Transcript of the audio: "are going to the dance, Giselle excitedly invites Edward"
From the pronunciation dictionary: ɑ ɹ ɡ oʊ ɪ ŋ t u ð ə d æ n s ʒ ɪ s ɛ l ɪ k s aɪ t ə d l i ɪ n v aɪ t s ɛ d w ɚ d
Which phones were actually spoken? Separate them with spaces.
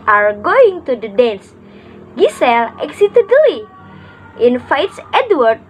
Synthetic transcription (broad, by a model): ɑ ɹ ɡ oʊ ɪ ŋ t u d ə d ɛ n s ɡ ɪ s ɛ l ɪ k s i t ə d l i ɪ n f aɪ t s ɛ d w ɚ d